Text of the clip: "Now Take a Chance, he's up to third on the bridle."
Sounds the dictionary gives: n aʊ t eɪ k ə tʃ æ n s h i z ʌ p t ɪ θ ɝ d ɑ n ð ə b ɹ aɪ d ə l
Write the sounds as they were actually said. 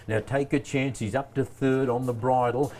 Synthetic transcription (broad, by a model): n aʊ t eɪ k ə tʃ æ n s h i z ʌ p t ɪ θ ɝ d n ð ə b ɹ aɪ d l